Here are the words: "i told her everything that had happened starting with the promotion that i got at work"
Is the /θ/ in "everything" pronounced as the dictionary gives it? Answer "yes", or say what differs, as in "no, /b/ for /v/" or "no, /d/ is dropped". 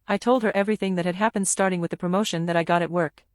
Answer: yes